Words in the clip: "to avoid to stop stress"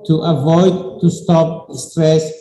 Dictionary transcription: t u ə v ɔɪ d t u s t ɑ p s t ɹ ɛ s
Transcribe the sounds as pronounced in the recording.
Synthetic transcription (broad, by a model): t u ə v ɔɪ d t u s t ɑ p s t ɹ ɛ s